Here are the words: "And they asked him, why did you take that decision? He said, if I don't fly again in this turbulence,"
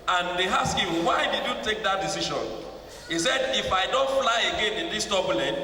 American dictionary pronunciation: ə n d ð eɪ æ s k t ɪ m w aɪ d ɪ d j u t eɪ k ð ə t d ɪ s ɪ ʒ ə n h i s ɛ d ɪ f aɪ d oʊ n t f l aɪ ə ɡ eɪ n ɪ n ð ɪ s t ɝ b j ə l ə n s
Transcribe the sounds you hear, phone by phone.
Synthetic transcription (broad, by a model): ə n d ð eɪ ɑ s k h ɪ m w aɪ d ɪ d j u t eɪ k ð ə t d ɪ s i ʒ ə n h i s ɛ d ɪ f aɪ d oʊ n t f l aɪ ə ɡ eɪ n ɪ n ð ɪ s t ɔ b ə l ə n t